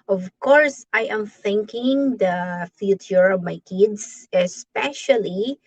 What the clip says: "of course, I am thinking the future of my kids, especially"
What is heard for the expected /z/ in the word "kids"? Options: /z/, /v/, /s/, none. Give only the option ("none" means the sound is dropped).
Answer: /s/